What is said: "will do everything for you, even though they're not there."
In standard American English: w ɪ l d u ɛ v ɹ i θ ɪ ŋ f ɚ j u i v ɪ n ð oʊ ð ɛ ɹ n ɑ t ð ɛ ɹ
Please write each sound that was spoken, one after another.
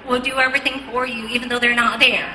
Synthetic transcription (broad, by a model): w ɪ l d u ɛ v ɹ i θ ɪ ŋ f ɚ j u i v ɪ n ð oʊ ð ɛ ɹ n ɑ t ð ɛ ɹ